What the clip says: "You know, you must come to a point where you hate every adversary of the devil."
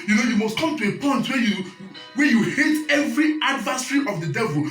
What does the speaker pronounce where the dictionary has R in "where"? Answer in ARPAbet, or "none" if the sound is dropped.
W